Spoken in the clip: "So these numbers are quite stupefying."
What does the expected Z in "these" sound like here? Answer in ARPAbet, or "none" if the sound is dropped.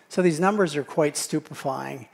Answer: Z